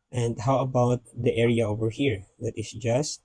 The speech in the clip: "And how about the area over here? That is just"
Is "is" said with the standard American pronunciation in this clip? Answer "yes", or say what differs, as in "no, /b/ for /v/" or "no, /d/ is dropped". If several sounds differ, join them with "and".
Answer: no, /s/ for /z/